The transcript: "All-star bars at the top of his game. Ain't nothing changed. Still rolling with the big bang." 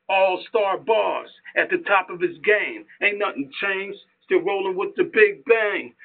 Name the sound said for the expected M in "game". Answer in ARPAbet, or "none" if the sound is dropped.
M